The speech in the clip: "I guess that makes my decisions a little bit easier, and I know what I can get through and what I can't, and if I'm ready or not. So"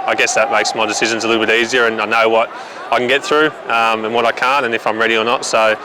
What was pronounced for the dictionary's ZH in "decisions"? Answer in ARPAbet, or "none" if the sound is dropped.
ZH